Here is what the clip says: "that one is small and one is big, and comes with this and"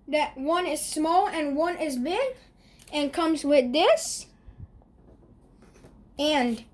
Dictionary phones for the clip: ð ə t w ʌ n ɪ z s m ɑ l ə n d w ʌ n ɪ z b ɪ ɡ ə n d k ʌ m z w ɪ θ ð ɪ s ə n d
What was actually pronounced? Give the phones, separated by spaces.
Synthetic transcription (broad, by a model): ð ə t w ʌ n ɪ z s m ɑ l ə n w ʌ n ɪ z b ɪ ɡ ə n k ʌ m z w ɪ ð ɪ s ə n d